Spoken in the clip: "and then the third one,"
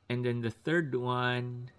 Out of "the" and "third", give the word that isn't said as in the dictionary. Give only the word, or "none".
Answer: none